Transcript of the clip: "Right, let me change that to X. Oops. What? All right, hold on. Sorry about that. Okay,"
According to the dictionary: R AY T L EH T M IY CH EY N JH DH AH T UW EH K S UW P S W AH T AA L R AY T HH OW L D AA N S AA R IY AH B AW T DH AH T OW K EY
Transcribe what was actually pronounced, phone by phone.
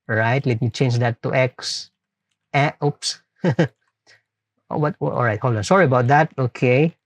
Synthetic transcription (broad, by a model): R AY T L EH T M IY CH EY N JH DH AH T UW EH K S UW P S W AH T AA L R AY T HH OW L AA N S AA R IY AH B AW T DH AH T OW K EY